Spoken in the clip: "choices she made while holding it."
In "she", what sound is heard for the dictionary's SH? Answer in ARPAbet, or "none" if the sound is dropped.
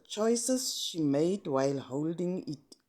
SH